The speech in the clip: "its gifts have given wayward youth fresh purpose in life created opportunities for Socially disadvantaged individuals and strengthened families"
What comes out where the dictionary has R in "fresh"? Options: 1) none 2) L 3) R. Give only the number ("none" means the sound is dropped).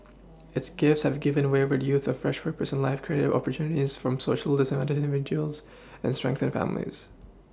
3